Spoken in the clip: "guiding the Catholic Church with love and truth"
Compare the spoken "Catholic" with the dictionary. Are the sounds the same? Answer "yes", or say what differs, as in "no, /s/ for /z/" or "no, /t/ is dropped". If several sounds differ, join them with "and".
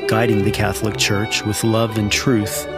yes